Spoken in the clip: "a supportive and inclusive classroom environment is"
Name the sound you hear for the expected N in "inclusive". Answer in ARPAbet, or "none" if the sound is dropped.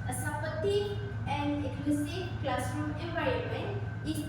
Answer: none